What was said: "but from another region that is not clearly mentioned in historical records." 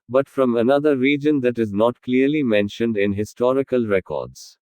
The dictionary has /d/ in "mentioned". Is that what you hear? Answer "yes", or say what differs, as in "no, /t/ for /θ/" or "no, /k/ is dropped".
yes